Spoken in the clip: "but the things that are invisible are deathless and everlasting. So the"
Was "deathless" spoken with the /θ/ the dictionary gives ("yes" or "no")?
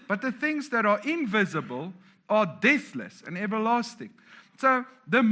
yes